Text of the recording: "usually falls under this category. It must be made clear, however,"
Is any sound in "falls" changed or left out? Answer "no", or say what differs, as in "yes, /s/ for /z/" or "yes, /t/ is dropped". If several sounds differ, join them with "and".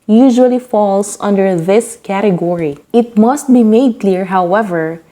yes, /s/ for /z/